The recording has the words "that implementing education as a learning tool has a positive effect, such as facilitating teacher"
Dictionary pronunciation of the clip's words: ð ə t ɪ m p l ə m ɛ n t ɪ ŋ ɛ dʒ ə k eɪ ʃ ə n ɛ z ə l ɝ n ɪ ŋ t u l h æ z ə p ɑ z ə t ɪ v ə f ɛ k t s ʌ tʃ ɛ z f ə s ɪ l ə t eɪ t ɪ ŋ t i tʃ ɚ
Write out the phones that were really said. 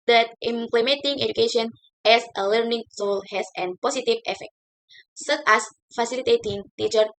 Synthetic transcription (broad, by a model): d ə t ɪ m p l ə m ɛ n t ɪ ŋ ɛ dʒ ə k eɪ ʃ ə n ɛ s ə l ɝ n ɪ ŋ s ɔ l h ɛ s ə p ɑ s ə t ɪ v ə f ɛ k t s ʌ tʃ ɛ s f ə s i l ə t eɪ t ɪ ŋ t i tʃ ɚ